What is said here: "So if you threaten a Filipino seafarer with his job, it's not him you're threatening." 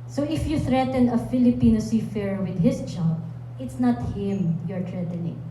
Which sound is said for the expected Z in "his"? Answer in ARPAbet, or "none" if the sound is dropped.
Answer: S